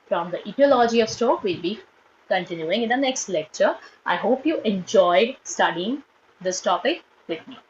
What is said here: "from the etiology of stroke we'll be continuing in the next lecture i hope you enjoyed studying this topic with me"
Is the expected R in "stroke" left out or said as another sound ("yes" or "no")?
yes